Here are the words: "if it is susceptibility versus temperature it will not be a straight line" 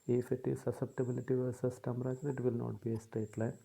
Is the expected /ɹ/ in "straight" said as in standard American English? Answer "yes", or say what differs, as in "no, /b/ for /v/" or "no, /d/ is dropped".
no, /ɹ/ is dropped